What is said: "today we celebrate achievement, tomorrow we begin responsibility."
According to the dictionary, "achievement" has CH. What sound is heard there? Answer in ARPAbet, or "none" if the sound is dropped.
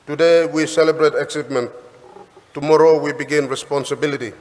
S